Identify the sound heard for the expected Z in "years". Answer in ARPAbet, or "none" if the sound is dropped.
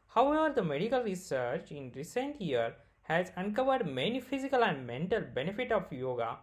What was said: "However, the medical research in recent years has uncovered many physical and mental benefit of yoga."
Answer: none